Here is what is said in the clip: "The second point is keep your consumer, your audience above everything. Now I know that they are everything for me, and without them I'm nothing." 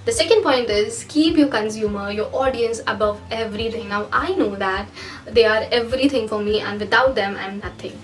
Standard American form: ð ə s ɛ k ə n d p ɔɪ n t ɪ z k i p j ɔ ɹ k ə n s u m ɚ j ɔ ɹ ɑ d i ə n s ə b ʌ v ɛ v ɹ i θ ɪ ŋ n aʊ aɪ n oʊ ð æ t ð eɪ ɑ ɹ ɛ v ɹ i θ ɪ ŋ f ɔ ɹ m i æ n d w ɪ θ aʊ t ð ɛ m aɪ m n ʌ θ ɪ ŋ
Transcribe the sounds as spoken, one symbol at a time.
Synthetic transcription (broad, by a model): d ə s ɛ k ə n d p ɔɪ n t ɪ z k i p j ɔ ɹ k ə n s u m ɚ j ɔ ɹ ɑ d i ə n s ə b ʌ v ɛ v ɹ i t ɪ ŋ n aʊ aɪ n oʊ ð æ t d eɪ ɑ ɹ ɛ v ɹ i t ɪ ŋ f ɔ ɹ m i æ n d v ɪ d aʊ t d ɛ m aɪ m n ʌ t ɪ ŋ